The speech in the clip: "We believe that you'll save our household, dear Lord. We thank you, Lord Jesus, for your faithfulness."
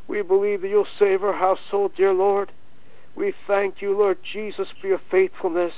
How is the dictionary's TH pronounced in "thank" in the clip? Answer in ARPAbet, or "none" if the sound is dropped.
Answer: TH